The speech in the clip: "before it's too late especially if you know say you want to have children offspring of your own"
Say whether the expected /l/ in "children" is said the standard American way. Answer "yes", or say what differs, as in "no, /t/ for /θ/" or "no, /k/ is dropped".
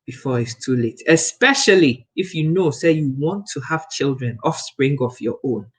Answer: yes